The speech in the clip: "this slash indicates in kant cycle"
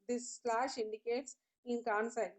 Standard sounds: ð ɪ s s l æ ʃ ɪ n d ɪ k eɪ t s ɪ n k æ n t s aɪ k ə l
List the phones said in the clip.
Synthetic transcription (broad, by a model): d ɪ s s l æ ʃ ɪ n d ɪ k eɪ t s ɪ n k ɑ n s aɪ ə